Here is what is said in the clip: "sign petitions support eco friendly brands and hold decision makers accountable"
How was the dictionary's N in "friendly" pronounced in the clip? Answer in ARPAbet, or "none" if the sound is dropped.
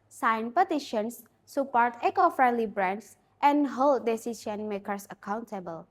N